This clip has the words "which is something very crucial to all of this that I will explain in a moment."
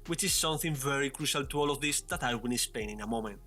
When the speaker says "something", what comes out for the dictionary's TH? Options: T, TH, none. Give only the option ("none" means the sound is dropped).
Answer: TH